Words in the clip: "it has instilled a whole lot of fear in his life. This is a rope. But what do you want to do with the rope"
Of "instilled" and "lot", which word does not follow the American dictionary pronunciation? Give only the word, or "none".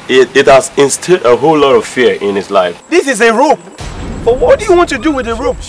instilled